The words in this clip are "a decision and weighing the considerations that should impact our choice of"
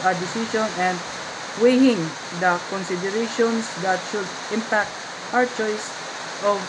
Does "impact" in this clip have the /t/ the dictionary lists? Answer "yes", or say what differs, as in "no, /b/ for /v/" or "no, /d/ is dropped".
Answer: yes